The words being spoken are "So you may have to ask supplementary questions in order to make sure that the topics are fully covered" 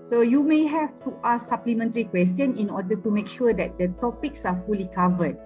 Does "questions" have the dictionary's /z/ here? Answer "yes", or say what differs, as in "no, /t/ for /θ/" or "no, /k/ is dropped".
no, /z/ is dropped